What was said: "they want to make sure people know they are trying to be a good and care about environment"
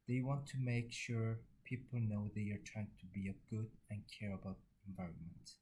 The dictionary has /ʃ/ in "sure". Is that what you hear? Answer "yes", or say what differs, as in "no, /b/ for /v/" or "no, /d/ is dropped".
yes